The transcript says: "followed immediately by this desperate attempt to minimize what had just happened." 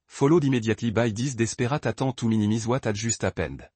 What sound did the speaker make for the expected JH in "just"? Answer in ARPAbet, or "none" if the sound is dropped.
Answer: ZH